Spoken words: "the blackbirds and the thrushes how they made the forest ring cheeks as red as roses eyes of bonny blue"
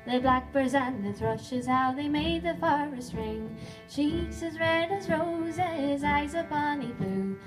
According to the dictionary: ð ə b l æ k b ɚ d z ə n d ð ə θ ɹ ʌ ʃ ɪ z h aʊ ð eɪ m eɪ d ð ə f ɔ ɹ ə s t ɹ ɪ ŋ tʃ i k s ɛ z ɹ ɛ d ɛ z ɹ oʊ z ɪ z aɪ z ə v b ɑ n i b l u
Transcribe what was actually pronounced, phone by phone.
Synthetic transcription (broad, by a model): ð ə b l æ k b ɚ z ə n ð ə θ ɹ ʌ ʃ ɪ z h aʊ ð eɪ m eɪ d ð ə f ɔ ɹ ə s t ɹ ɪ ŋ tʃ i k s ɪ z ɹ ɛ d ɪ z ɹ oʊ z ɪ z aɪ z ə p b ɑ n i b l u